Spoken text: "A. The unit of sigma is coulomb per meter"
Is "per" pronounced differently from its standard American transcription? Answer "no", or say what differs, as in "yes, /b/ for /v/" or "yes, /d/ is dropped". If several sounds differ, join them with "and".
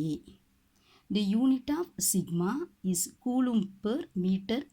no